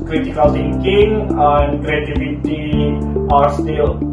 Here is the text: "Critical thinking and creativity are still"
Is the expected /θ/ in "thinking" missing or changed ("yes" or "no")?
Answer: yes